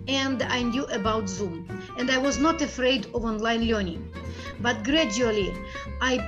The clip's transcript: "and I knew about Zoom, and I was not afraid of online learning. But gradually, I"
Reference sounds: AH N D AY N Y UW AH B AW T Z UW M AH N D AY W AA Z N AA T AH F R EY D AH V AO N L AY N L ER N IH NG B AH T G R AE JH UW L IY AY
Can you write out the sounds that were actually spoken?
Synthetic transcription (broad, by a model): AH N D AY N Y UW AH B AW T Z UW M AH N D AY W AA Z N AA T AH F R EY D AH V AO N L AY N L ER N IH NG B AH T G R AE JH UW L IY AY